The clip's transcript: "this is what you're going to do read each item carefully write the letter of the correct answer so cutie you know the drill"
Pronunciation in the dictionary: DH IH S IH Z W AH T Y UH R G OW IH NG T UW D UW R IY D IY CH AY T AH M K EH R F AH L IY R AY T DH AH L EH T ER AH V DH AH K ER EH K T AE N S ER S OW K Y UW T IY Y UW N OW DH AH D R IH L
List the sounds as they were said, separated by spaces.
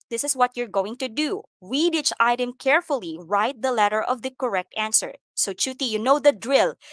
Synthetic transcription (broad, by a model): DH IH S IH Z W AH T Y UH R G OW IH NG T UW D UW W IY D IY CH AY T AH M K EH R F AH L IY R AY T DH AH L EH T ER AH V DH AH K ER EH K T AE N S ER S OW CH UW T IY Y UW N OW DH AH D R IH L